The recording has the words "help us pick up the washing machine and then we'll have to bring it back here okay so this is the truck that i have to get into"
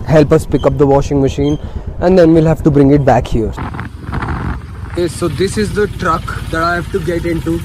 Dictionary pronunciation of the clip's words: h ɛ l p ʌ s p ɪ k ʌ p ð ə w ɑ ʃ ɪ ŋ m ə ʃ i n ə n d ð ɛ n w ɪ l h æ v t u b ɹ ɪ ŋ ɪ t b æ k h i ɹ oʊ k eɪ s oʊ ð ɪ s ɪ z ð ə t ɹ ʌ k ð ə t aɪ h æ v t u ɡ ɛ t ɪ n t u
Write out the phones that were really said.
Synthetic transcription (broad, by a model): h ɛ l p ʌ s p ɪ k ʌ p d ə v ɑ ʃ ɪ ŋ m ə ʃ i n ə n d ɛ n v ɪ l h æ v t u b ɹ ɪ ŋ ɪ t b æ k h i ɹ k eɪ s oʊ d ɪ s ɪ z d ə t ɹ ʌ k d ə t aɪ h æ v t u ɡ ɛ t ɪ n t u